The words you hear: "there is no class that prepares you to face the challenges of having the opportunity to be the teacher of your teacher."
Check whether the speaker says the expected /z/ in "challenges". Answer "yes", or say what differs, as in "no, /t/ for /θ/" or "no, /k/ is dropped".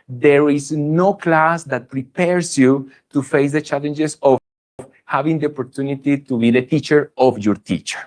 no, /s/ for /z/